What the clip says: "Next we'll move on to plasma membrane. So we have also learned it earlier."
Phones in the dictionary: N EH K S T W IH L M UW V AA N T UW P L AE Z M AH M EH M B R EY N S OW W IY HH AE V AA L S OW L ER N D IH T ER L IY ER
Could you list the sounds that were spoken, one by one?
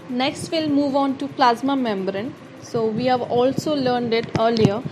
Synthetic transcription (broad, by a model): N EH K S T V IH L M UW V AA N T UW P L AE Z M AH M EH M B R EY N S OW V IY HH AE V AA L S OW L ER N D IH T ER L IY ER